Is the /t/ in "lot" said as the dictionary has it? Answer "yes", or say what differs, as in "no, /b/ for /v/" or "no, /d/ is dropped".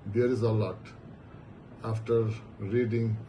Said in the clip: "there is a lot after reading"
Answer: yes